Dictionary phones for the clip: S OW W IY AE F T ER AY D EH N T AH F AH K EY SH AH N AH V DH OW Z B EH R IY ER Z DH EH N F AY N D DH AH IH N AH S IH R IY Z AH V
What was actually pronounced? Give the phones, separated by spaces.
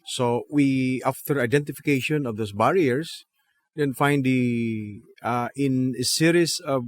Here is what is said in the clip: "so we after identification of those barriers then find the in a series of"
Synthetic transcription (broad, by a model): S OW W IY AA F T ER AY D EH N T AH F AH K EY SH AH N AH V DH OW S B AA R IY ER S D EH N F AY N D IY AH IH N AH S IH R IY S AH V